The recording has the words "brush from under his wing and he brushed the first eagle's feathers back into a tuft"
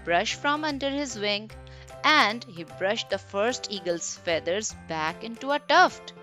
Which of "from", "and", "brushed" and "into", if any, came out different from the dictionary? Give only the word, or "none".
none